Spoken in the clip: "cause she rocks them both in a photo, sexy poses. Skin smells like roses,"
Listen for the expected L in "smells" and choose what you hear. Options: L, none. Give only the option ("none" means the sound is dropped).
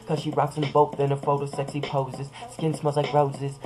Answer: none